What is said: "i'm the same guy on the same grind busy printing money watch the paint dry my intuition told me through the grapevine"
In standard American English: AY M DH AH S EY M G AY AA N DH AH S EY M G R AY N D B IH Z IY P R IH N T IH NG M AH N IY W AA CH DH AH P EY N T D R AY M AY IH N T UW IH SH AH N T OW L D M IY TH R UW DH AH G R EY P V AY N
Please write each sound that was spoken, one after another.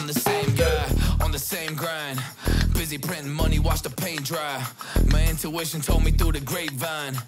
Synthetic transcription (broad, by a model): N DH AH S EY M G AY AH N DH AH S EY M G R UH N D B IH Z IY P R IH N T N M AH N IY W AA CH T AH P EY N D R AY M AY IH N T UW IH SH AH N T OW L D M IY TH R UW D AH G R EY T V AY N